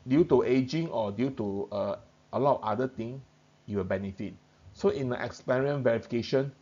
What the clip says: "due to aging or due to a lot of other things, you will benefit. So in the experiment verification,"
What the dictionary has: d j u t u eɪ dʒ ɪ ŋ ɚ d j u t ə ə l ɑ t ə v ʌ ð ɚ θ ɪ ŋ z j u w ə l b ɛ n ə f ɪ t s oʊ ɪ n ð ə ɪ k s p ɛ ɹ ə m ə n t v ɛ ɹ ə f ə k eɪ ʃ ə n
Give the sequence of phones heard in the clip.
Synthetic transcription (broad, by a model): d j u t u eɪ dʒ ɪ ŋ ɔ d j u t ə ə l ɑ t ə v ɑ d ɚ t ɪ ŋ j u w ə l b ɛ n ə f ɪ t s oʊ ɪ n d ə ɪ k s p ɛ ɹ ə ə n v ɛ ɹ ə f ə k eɪ ʃ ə n